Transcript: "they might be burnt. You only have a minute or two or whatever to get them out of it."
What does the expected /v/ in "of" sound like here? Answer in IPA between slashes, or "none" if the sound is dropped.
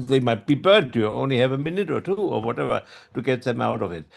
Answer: /v/